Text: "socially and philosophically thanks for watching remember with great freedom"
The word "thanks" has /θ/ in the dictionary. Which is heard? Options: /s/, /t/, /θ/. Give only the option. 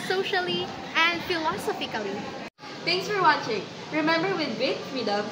/t/